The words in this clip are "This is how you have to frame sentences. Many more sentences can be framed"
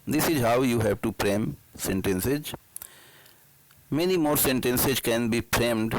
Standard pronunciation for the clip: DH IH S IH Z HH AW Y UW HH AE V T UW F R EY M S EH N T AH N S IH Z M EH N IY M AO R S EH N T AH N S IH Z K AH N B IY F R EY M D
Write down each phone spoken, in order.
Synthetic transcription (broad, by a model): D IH S IH Z HH AW Y UW HH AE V T UW P R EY M S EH N T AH N S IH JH M EH N IY M AO R S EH N T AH N S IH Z K AH N B IY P R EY M D